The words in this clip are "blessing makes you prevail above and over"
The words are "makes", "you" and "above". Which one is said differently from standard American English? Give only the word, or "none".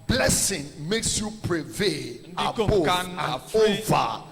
above